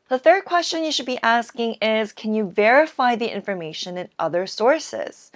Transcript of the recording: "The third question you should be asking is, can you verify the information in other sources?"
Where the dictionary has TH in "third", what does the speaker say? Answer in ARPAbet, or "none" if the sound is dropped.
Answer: TH